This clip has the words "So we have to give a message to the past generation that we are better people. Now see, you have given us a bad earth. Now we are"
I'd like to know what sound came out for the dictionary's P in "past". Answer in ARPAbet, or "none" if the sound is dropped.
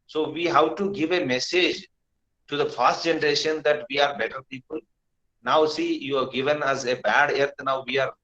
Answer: F